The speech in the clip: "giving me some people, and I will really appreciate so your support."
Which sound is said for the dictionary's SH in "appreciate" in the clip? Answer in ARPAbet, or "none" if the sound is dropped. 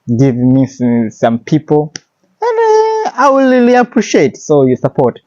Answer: SH